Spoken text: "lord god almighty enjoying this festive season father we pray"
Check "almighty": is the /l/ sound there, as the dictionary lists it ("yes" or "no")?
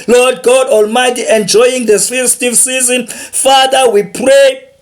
yes